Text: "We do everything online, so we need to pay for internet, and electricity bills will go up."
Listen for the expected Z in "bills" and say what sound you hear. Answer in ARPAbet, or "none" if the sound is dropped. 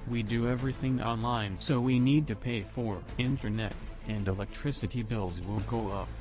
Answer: Z